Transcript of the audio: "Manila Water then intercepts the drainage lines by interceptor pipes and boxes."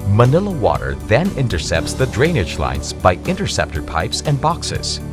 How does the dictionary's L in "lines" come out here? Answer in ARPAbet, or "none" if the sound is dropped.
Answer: L